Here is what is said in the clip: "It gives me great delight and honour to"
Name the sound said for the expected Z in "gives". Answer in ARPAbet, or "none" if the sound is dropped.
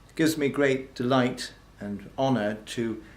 Z